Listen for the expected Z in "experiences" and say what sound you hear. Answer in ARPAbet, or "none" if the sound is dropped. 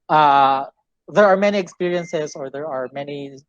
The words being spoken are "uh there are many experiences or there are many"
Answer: Z